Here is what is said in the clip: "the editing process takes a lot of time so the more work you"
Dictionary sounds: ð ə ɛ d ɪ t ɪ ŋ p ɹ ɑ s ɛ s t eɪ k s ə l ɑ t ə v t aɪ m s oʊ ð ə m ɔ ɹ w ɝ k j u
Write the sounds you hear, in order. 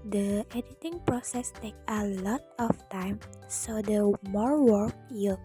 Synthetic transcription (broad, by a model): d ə ɛ d ɪ t ɪ ŋ p ɹ ɑ s ɛ s t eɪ k ə l ɑ t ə f t aɪ m s oʊ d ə m ɔ ɹ w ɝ k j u